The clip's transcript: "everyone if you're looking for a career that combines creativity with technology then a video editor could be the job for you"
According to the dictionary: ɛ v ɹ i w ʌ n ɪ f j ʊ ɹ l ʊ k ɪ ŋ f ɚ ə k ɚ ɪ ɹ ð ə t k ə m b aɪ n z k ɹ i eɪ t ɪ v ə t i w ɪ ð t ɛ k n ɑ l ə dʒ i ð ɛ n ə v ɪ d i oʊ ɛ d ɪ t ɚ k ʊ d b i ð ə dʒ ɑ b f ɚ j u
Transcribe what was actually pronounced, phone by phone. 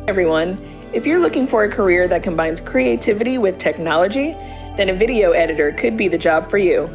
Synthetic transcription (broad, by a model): ɛ v ɹ i w ʌ n ɪ f j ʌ ɹ l ʊ k ɪ ŋ f ɚ ə k ɚ ɪ ɹ ð ə t k ə m b aɪ n z k ɹ i eɪ t ɪ v ə t i w ɪ ð t ɛ k n ɑ l ə dʒ i ð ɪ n ə v ɪ d i oʊ ɛ d ɪ t ɚ k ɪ d b i ð ə dʒ ɑ b f ɚ j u